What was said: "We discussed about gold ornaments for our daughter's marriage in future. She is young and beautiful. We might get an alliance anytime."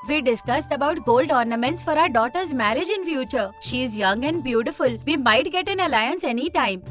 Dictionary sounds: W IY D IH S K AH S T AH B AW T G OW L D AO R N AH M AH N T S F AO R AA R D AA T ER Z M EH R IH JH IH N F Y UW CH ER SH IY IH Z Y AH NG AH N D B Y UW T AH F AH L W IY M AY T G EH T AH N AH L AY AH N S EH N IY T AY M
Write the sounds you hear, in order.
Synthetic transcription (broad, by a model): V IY D IH S K AH S T AH B AW T G OW L D AO R N AH M AH N T S F AO R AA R D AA T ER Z M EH R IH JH IH N F Y UW CH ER SH IY Z Y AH NG AH N D B Y UW T AH F AH L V IY M AY T G EH T AH N AH L AY AH N S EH N IY T AY M